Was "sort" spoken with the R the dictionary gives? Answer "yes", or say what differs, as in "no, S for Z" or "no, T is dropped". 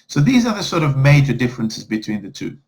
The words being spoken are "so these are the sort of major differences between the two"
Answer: yes